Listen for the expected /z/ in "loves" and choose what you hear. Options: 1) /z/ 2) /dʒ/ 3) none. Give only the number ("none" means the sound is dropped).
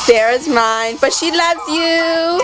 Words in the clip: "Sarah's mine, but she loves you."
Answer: 1